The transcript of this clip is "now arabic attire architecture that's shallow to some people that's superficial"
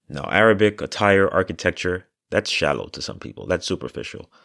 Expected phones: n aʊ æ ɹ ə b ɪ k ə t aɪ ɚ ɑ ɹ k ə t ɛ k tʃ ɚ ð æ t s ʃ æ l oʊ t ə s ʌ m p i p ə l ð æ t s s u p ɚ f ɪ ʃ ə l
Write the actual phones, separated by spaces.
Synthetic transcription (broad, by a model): n aʊ æ ɹ ə b ɪ k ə t aɪ ɚ ɑ ɹ k ə t ɛ k tʃ ɚ ð æ t s ʃ æ l oʊ t ə s ʌ m p i p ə l ð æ t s s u p ɚ f ɪ ʃ l